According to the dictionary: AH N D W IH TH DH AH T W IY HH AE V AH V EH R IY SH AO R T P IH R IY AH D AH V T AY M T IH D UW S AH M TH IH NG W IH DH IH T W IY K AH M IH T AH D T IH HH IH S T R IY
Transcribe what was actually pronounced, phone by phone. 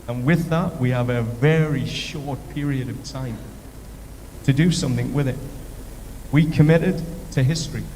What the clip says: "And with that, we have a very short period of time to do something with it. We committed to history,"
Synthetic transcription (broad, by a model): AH N W IH DH AH T W IY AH V AH V EH R IY SH AO R T P IH R IY AH D AH V T AY M T IH D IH S AH M TH IH NG W IH DH IH T W IY K AH M IH T AH D T IH HH IH S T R IY